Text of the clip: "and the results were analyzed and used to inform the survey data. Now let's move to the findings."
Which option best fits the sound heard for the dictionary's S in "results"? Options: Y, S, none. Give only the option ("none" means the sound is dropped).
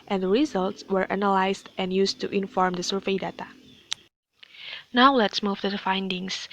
S